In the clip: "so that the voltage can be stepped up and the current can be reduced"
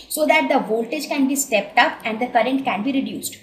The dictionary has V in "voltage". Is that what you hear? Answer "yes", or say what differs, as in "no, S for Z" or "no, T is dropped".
yes